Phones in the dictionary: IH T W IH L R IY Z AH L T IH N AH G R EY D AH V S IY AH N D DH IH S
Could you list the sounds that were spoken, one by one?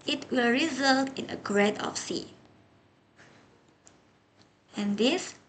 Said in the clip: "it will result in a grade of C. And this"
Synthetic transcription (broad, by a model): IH T W IH L R IY Z AH L T IH N AH G R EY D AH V S IY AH N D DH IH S